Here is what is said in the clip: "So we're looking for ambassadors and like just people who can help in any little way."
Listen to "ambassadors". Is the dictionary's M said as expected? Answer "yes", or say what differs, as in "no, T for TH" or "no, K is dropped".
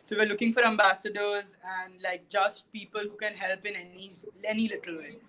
yes